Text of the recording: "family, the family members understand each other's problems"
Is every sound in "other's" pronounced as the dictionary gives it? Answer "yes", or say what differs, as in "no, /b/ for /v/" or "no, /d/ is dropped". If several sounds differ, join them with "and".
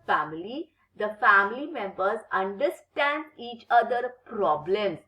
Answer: no, /z/ is dropped